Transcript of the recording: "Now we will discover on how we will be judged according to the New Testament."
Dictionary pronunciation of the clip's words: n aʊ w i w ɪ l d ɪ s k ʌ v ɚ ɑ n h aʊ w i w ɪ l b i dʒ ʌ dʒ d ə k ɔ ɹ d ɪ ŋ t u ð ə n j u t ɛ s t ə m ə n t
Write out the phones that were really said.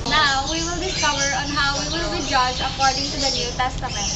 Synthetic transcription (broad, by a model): n aʊ w i w ɪ l d ɪ s k ʌ v ɚ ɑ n h aʊ w i w ɪ l b i dʒ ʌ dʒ ə k ɔ ɹ d ɪ ŋ t u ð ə n j u t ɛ s t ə m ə n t